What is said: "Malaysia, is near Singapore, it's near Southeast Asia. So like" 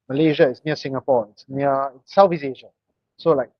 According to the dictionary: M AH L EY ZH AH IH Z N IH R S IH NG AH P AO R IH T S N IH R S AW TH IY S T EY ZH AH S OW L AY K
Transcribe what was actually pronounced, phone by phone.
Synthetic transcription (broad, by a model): M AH L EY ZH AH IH S N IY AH S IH NG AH P AO IH T S N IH S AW F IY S EY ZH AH S OW L AY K